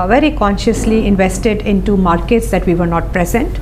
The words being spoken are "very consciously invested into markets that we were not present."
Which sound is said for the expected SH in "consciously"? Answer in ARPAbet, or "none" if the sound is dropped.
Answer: SH